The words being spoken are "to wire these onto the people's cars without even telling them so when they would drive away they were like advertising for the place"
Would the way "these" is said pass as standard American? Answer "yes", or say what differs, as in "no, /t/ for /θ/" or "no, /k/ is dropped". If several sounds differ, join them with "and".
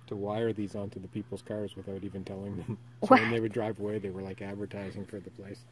yes